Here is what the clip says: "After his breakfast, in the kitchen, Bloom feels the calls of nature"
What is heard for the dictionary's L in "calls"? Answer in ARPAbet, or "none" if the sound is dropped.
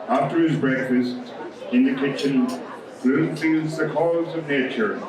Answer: none